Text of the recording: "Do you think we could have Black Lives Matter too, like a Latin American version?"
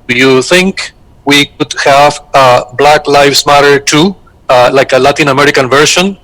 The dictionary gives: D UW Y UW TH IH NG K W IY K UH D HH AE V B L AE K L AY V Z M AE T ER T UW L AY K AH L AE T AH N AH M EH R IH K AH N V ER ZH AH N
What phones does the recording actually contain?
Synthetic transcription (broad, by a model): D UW Y UW TH IH NG K W IY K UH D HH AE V B L AE K L AY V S M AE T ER T UW L AY K AH L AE T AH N AH M EH R IH K AH N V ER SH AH N